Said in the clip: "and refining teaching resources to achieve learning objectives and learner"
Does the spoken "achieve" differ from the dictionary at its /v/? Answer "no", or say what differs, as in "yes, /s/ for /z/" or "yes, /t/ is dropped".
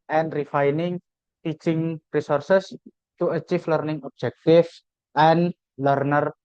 yes, /f/ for /v/